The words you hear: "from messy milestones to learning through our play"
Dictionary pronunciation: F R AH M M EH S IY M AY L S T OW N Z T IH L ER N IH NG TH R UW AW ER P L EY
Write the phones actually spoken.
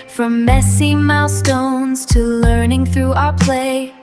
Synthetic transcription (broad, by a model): F R AH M M EH S IY M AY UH S T OW N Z T IH L ER N IH NG TH R UW AW ER P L EY